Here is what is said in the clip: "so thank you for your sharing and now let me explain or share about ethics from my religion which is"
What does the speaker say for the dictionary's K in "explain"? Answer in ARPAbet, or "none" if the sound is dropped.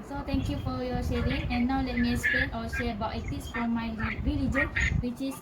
none